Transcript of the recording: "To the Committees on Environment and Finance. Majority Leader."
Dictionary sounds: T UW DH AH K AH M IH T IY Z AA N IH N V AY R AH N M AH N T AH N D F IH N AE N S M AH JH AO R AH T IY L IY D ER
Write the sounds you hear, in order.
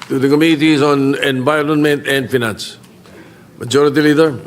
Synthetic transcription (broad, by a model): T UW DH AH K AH M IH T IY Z AA N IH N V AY L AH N M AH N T AH N D F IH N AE N S M AH JH AO R AH T IY L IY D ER